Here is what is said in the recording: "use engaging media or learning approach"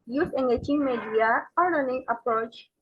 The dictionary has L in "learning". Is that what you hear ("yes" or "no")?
no